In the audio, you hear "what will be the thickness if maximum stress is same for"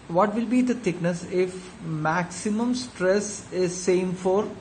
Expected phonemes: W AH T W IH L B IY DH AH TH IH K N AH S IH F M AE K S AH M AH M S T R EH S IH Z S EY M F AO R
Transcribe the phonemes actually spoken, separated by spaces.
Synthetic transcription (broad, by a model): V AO T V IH L B IY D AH T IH K N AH S IH F M AE K S AH M AH M S T R EH S IH Z S EY M F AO R